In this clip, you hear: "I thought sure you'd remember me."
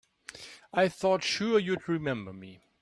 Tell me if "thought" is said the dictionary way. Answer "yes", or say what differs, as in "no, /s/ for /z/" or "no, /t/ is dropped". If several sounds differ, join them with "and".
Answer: yes